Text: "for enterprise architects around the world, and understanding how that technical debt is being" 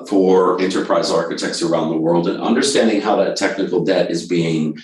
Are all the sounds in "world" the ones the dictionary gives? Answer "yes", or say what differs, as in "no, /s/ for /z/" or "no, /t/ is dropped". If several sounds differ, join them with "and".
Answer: yes